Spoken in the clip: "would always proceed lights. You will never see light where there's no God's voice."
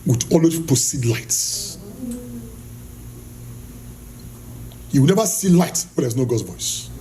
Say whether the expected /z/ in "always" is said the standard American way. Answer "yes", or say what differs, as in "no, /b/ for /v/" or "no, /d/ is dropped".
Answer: no, /z/ is dropped